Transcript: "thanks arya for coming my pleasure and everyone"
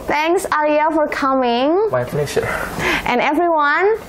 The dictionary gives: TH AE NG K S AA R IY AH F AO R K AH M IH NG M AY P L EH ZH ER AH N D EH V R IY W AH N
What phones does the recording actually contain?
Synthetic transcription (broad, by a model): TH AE NG K S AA L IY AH F AO R K AH M IH NG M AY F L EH SH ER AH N EH V R IY W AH N